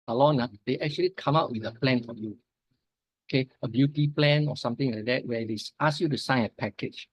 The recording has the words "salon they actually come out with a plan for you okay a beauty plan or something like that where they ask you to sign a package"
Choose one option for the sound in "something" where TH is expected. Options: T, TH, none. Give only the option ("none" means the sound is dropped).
T